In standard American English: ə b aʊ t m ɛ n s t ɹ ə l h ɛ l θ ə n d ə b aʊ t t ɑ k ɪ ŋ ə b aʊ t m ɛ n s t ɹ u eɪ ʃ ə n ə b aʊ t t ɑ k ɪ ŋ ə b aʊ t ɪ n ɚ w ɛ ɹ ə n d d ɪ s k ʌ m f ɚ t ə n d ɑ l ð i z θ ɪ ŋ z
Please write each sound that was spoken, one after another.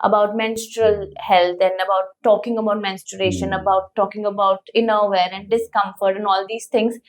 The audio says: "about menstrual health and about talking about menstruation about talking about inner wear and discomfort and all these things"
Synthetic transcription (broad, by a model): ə b aʊ t m ɛ n s t ɹ ə l h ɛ l t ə n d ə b aʊ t t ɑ k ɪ ŋ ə b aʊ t m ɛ n s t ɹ eɪ ʃ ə n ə b aʊ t t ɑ k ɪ ŋ ə b aʊ t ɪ n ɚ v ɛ ɹ ə n d d ɪ s k ʌ m f ɚ t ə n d ɑ l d i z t ɪ ŋ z